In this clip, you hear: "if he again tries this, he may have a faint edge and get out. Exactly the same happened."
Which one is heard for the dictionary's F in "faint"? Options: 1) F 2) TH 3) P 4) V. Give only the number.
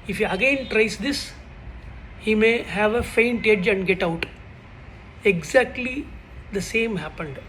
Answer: 1